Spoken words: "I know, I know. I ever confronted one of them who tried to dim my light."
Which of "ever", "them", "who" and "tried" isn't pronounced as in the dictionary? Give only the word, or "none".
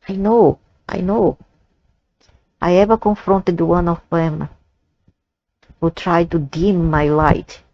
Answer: none